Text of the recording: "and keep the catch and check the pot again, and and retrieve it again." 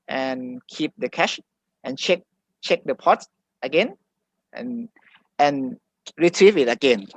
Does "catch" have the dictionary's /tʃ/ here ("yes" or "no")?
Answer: no